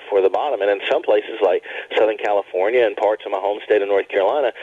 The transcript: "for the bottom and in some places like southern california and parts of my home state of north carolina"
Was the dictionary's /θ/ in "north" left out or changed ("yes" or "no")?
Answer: no